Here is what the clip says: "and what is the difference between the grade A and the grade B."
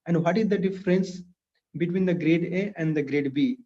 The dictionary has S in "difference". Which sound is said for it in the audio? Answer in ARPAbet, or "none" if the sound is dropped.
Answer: S